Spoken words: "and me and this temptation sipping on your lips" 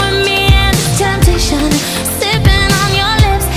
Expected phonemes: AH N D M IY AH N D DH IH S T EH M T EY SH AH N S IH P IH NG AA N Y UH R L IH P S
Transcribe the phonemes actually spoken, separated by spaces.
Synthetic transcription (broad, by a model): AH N M IY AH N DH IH T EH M T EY SH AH N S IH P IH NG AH N Y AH R L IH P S